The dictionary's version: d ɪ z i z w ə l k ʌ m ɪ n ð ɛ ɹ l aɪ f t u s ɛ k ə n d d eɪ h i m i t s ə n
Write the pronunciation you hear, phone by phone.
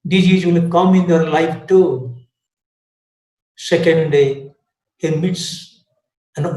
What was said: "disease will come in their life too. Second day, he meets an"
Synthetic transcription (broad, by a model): d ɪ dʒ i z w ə n k ʌ m ɪ n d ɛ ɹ l aɪ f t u s ɛ k ə n d d eɪ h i m i t s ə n